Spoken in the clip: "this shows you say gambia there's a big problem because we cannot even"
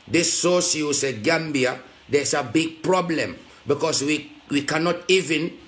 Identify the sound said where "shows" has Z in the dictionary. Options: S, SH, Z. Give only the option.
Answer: S